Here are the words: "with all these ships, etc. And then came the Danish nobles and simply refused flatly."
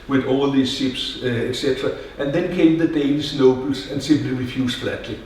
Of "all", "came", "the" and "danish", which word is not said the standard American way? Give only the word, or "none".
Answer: danish